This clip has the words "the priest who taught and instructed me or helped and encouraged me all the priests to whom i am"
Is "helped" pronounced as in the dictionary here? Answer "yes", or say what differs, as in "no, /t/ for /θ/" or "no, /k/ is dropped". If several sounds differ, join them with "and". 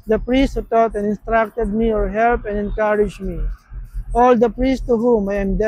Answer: no, /t/ is dropped